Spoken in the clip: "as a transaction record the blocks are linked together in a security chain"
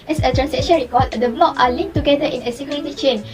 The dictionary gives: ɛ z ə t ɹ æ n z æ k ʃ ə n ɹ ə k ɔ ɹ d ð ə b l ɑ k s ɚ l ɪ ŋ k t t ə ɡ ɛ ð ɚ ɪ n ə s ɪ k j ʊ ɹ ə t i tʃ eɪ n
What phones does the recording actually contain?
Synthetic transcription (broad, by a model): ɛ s ə t ɹ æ n s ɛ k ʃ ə n ɹ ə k ɔ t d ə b l ɑ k ɑ l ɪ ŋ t t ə ɡ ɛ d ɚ ɪ n ə s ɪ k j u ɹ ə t i tʃ eɪ n